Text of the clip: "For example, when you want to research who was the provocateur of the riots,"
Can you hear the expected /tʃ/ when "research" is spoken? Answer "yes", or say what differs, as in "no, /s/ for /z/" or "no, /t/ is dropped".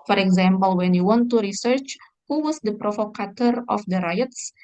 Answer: yes